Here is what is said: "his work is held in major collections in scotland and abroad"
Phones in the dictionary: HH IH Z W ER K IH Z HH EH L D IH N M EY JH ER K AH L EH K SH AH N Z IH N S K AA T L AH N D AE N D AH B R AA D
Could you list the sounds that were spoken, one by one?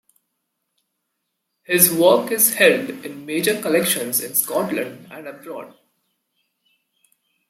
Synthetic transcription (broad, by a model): HH IH Z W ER K IH Z HH EH L D IH N M EY JH ER K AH L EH K SH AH N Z IH N S K AA T L AH N D AE N D AH B R AA D